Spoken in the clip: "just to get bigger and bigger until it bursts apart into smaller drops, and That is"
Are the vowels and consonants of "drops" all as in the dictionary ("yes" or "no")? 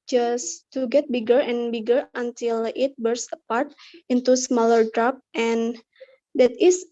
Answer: no